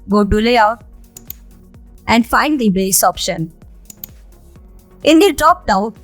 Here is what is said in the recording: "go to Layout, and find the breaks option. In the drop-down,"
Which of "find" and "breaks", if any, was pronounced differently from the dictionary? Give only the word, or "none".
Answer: breaks